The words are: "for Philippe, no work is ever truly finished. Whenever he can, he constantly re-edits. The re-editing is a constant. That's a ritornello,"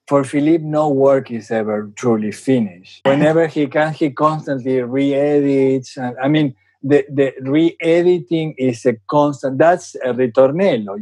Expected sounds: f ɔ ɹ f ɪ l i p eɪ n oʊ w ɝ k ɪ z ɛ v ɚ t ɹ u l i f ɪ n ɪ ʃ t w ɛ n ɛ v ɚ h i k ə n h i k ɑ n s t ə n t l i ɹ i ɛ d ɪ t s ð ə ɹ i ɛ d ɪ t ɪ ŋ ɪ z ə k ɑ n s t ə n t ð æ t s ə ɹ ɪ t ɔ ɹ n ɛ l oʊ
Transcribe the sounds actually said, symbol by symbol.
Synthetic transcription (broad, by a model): f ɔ ɹ f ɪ l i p n oʊ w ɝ k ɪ s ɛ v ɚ t ɹ u l i f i n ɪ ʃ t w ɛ n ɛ b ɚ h i k ə n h i k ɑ n s t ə n t l i ɹ i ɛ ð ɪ t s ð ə ɹ i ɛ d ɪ t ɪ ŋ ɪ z ə k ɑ n s t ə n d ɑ t s ə ɹ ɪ t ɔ ɹ n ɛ l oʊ